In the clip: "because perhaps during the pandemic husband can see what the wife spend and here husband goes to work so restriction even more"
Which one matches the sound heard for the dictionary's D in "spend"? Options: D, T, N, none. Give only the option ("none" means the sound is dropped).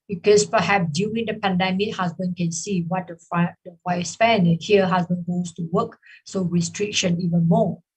none